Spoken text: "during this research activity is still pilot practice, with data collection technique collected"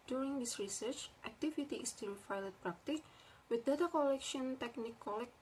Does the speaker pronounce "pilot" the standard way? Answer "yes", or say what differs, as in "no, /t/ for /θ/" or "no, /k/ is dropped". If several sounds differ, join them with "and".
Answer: no, /f/ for /p/